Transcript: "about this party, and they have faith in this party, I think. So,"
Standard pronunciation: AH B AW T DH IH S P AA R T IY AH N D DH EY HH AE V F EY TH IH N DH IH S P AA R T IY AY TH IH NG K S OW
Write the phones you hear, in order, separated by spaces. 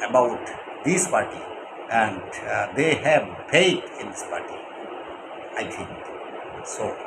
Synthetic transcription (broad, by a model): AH B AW T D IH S P AA R T IY AH N D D EY HH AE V P EY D IH N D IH S P AA R T IY AY T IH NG K S OW